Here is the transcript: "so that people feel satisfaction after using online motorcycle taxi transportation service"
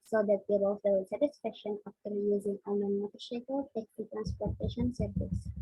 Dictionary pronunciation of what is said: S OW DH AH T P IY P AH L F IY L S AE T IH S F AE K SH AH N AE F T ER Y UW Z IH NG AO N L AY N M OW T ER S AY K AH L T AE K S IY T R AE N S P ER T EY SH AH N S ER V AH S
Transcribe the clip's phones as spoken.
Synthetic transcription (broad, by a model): S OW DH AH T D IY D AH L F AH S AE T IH S F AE K SH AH N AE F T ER Y UW Z IH NG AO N AY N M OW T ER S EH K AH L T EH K IY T R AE N S P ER T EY SH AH N S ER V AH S